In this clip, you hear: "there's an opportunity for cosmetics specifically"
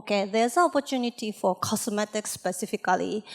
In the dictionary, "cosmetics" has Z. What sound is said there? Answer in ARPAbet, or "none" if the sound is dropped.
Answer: S